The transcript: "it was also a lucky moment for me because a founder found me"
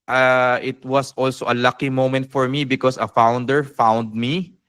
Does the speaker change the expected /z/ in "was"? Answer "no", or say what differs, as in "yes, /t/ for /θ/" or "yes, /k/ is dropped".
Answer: yes, /s/ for /z/